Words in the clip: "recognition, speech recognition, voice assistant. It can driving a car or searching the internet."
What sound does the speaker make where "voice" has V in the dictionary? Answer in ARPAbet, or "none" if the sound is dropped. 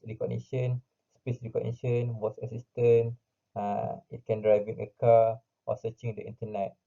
W